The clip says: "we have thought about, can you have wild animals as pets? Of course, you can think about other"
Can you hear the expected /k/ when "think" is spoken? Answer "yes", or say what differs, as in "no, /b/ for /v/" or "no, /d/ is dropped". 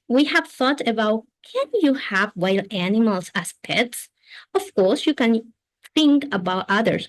yes